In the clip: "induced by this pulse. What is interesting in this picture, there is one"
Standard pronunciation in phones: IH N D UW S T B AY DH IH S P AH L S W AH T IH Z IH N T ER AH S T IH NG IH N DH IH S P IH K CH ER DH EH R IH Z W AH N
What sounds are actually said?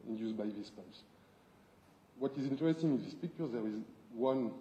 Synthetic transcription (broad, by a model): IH N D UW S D B AY DH IH S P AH S W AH T IH Z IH N T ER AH S T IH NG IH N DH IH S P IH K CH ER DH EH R IH Z W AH N